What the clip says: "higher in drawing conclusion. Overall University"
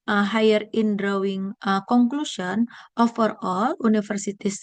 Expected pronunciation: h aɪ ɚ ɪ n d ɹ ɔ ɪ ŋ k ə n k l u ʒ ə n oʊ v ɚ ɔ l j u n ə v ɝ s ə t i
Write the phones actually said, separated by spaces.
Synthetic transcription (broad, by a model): h aɪ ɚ ɪ n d ɹ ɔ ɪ ŋ k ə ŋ k l u ʃ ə n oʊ f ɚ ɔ l u n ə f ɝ s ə t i